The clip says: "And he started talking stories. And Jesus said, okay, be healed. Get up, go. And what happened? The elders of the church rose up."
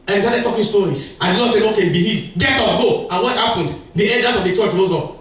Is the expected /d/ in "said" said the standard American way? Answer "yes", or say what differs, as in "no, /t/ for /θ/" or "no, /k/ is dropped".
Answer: no, /d/ is dropped